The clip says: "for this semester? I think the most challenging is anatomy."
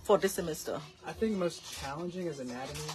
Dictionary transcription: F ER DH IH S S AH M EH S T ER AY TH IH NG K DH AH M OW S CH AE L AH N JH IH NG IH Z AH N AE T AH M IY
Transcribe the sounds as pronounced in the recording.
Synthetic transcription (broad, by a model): F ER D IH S S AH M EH S T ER AY TH IH NG K M OW S CH AE L AH N JH IH NG IH Z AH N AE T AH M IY